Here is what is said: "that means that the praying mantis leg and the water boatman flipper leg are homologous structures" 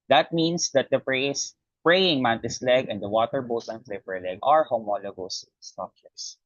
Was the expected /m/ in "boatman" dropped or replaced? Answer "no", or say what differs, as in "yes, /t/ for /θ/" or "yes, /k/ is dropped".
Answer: yes, /m/ is dropped